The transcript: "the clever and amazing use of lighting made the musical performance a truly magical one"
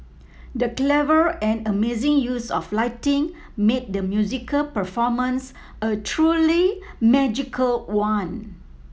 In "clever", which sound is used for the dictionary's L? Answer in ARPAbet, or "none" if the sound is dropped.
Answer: L